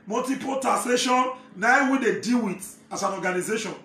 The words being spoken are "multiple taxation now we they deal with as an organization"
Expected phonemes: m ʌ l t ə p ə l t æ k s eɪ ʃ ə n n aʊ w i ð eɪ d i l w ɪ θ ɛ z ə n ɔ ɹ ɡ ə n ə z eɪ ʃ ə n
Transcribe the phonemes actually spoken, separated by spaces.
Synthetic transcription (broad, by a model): m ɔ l t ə p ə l t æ s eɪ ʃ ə n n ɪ w i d eɪ d i l w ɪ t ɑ s ə n ɔ ɡ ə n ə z eɪ ʃ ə n